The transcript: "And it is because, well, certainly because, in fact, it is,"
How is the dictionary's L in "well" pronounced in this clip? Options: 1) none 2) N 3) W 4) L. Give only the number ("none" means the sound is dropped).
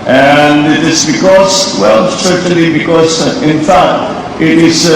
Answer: 4